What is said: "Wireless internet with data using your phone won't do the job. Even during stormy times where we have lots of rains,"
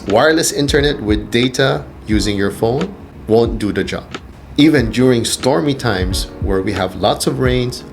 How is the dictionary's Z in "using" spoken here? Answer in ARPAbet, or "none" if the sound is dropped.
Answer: Z